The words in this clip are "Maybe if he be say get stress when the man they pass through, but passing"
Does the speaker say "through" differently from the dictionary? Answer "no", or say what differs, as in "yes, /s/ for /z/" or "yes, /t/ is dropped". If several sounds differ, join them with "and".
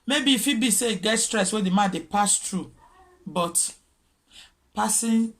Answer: yes, /t/ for /θ/